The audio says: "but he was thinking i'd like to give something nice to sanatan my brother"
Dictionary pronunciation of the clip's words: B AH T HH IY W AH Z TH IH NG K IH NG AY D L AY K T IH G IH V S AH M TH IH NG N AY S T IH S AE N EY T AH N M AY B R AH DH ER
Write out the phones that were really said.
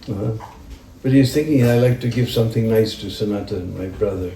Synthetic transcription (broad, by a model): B AH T HH IY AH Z TH IH NG K IH NG AY L AY K T IH G IH V S AH M TH IH NG N AY S T IH S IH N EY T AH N M AY B R AH DH ER